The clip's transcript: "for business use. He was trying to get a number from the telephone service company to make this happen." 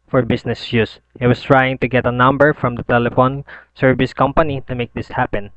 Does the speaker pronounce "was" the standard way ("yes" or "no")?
no